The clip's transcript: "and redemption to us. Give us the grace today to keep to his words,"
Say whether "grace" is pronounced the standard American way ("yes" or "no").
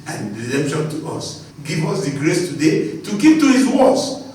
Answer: yes